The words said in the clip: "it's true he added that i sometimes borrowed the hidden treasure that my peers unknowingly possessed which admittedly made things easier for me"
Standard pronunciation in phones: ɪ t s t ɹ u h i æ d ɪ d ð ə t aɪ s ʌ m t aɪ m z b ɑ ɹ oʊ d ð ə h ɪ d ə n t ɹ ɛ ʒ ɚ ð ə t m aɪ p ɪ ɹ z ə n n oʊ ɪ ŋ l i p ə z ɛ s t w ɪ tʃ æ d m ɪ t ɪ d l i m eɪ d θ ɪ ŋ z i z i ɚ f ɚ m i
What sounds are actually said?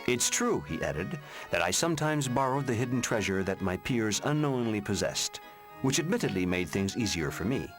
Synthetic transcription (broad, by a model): ɪ t s t ɹ u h i æ d ɪ d ð ə t aɪ s ʌ m t aɪ m z b ɑ ɹ oʊ d ð ə h ɪ d n t ɹ ɛ ʒ ɚ ð ə t m aɪ p ɪ ɹ z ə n n oʊ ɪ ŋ l i p ə z ɛ s t w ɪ tʃ æ d m ɪ t ɪ d l i m eɪ d θ ɪ ŋ z i z i ɚ f ɚ m i